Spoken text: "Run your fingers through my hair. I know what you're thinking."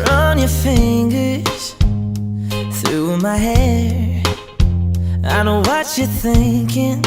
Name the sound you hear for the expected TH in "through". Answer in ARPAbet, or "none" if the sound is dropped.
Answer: TH